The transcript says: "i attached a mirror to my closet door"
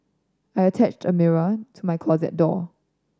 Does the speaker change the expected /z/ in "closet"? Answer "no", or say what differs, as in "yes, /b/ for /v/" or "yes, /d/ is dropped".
no